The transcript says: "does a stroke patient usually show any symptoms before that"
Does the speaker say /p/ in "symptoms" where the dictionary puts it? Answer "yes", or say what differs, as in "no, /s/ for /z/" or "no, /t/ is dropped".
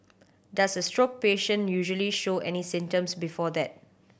no, /p/ is dropped